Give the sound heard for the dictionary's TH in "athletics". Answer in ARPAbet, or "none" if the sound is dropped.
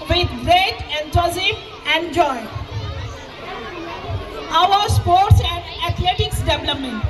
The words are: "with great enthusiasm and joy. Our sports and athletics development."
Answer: T